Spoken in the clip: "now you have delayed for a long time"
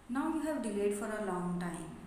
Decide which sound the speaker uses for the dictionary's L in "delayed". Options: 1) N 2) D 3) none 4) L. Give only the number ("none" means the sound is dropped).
4